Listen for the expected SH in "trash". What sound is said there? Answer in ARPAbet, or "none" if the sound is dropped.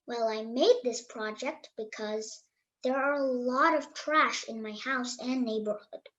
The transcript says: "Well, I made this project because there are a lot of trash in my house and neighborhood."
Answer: SH